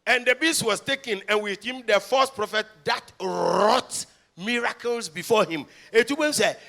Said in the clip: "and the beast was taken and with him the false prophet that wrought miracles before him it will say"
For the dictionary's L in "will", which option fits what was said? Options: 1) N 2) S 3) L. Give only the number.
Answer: 1